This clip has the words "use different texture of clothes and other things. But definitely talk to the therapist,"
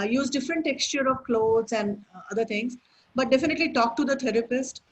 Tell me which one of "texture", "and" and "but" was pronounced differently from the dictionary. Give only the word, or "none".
none